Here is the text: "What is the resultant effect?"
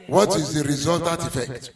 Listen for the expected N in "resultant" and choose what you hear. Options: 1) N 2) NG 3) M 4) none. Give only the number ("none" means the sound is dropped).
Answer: 4